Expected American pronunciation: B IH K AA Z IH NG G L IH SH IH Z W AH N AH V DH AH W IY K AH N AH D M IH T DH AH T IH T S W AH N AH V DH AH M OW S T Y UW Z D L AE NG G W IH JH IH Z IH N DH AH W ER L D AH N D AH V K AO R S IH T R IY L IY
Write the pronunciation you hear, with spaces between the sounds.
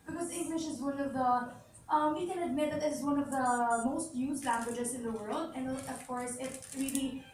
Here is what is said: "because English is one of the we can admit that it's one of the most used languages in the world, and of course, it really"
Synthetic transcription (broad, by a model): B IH K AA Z IH NG G L IH SH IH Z W AH N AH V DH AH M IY K AH N AH D M IH T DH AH T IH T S W AH N AH V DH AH M OW S T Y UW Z L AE NG G W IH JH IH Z IH N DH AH W ER L D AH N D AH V K AO R S IH T R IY L IY